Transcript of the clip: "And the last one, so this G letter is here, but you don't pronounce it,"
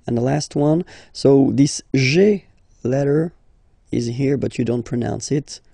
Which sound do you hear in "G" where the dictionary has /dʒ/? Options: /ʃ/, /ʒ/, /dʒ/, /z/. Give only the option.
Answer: /ʒ/